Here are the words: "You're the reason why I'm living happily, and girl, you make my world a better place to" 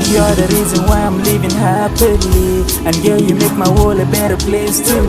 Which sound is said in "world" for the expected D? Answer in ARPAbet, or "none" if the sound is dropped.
none